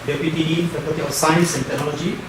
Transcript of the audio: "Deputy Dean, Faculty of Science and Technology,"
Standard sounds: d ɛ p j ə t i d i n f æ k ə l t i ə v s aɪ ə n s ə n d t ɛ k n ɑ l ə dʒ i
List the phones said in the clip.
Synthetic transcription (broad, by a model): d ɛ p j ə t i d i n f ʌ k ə t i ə s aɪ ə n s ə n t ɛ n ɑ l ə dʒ i